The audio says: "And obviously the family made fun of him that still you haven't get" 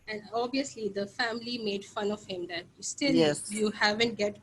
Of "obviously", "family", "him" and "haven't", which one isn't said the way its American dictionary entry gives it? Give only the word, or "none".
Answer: obviously